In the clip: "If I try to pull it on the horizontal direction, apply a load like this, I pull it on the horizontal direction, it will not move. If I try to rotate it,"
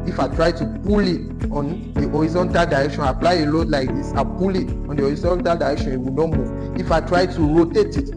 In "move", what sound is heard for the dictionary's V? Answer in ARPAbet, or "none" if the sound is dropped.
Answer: none